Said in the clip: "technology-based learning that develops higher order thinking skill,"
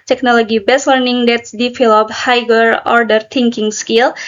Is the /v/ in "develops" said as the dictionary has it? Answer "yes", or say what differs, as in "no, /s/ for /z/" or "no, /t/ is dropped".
no, /f/ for /v/